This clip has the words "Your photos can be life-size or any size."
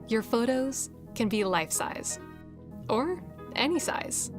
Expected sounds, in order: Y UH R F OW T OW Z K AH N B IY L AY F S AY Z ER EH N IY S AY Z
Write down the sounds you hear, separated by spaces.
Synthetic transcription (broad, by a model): Y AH R F OW T OW Z K AH N B IY L AY F S AY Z ER EH N IY S AY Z